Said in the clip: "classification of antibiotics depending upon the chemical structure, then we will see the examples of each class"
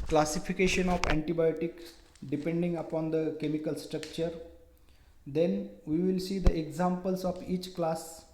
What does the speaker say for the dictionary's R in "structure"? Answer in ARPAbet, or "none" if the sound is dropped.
R